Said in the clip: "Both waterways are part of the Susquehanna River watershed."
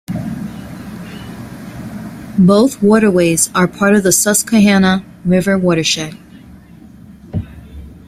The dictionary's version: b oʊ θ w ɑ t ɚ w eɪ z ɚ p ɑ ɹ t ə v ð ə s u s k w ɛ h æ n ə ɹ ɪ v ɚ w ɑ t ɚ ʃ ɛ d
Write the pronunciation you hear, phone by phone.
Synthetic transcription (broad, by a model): b oʊ θ w ɑ t ɚ w eɪ z ɚ p ɑ ɹ t ə v ð ə s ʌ s k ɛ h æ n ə ɹ ɪ v ɚ w ɑ t ɚ ʃ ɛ